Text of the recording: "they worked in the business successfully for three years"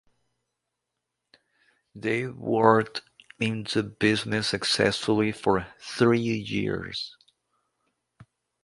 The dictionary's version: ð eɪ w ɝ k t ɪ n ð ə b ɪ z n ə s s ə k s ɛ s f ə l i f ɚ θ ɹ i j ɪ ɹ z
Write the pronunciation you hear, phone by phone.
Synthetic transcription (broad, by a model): ð eɪ w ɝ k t ɪ n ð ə b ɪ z n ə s s ə k s ɛ s f ə l i f ɚ θ ɹ i j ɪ ɹ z